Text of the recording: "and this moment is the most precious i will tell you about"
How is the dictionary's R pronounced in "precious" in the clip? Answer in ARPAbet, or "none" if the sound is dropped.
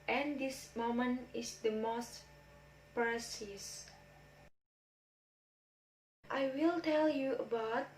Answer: none